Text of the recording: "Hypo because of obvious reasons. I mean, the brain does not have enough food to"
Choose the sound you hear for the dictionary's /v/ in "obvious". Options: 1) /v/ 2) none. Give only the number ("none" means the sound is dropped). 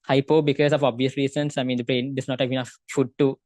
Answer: 1